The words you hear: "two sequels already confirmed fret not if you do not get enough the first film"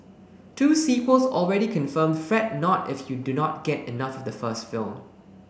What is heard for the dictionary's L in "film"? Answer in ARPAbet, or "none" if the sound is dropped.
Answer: L